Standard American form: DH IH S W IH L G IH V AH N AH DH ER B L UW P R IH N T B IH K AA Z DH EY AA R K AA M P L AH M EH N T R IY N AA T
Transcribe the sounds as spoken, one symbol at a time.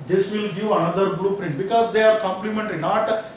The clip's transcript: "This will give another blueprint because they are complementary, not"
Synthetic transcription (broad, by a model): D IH S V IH L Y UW AH N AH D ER B L UW P R IH N T B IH K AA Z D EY AA R K AA M P L AH M EH N T R IY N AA T